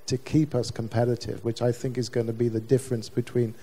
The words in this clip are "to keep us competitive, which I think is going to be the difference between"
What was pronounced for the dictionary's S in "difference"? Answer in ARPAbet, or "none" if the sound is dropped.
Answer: S